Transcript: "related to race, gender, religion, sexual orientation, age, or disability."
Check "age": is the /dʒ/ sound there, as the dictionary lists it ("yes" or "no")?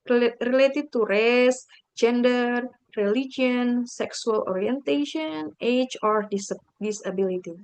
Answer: no